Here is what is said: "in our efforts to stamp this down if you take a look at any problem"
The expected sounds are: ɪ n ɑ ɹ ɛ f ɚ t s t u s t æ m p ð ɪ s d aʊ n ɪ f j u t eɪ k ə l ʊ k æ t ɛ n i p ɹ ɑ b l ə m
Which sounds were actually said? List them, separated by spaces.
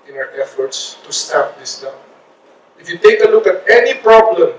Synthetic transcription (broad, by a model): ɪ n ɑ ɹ ɛ f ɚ t s t u s t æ p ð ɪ s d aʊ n ɪ f j u t eɪ k ə l ʊ k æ t ɛ n i p ɹ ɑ b l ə m